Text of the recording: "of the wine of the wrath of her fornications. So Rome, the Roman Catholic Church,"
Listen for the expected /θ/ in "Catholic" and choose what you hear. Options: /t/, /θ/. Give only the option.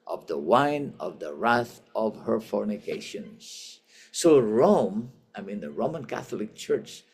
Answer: /θ/